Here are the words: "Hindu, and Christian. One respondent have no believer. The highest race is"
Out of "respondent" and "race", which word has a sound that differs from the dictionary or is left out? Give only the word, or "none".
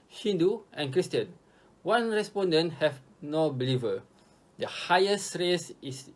none